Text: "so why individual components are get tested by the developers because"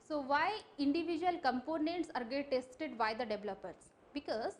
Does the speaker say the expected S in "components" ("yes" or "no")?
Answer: yes